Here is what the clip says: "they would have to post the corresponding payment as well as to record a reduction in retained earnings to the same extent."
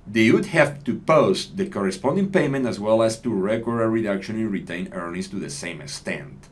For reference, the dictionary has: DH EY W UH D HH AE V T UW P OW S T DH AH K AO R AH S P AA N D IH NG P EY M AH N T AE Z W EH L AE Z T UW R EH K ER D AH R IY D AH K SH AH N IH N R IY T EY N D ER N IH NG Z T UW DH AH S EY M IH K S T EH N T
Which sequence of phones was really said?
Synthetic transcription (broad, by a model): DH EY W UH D HH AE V T UW P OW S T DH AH K AO R AH S P AA N D IH NG P EY M AH N T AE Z W EH L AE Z T UW R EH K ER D AH R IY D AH K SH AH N IH N R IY T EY N ER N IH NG S T UW DH AH S EY M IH K S T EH N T